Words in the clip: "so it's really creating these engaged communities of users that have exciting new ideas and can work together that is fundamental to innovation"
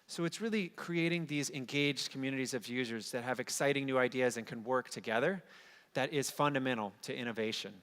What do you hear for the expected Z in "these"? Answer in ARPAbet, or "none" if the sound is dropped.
Z